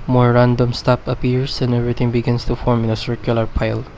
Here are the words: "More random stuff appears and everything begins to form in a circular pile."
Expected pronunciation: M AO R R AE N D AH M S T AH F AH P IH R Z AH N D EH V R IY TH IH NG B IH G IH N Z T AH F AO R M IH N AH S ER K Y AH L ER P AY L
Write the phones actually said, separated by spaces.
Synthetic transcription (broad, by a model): M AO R R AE N D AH M S T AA P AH P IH R S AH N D EH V R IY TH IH NG B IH G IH N S T AH F AO R M IH N AH S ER K Y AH L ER P AY L